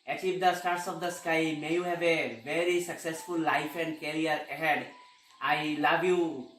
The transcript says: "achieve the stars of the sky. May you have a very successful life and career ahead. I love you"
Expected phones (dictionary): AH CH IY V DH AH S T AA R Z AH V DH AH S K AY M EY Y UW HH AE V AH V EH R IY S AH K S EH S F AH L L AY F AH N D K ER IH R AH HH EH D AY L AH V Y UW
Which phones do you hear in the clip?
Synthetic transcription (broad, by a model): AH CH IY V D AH S T AA R S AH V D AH S K AY M EY Y UW HH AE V AH V EH R IY S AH K S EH S F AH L L AY F AH N D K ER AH R AH HH EH D AY L AH V Y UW